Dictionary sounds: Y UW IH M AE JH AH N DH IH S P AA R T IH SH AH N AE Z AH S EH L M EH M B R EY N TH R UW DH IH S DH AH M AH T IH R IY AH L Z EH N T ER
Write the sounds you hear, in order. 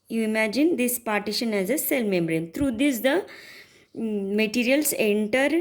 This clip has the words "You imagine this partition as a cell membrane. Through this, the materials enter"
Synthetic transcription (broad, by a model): Y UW IH M AE JH AH N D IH S P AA R T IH SH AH N AE Z AH S EH L M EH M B R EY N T R UW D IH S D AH M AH T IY R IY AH L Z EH N T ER